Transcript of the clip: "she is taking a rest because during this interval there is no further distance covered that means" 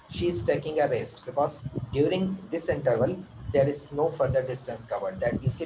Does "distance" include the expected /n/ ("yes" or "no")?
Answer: yes